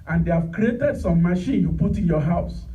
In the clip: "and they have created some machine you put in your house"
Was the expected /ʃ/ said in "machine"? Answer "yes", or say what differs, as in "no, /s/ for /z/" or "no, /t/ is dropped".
yes